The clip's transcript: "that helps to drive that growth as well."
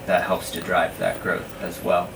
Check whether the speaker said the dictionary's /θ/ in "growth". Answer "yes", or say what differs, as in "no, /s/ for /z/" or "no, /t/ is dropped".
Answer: yes